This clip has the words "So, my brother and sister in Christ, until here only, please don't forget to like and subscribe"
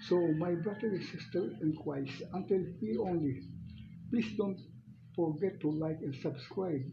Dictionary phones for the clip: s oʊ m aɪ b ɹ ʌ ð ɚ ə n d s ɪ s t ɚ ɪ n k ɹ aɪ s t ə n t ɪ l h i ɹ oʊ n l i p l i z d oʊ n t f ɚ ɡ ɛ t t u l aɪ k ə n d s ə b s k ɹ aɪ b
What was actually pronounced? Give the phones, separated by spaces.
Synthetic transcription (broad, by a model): s oʊ m aɪ b ɹ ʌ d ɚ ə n s ɪ s t ɚ ɪ n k w aɪ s ə n t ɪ l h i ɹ oʊ n l i p l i s d oʊ n t f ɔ ɡ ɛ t t u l aɪ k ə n s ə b s k ɹ aɪ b